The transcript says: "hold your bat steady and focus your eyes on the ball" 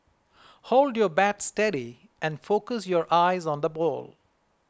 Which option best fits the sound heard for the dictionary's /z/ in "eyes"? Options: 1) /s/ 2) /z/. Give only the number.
2